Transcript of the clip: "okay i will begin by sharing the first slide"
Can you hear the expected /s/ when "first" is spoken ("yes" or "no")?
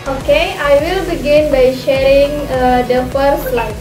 no